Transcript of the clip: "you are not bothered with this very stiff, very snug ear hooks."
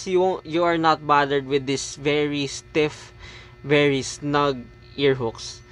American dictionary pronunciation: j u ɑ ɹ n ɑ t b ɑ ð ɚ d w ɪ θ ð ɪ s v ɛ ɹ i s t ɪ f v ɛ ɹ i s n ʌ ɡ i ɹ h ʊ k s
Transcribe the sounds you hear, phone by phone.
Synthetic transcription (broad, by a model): j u ɑ ɹ n ɑ t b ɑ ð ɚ d w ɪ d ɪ s v ɛ ɹ i s t ɪ f v ɛ ɹ i s n ʌ ɡ i ɹ h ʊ k s